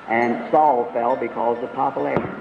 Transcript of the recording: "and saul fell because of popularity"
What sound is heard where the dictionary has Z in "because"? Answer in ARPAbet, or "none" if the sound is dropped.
Z